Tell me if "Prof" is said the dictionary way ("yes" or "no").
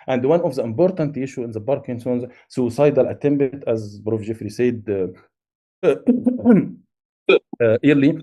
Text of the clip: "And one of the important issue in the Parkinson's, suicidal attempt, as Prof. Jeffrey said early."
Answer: no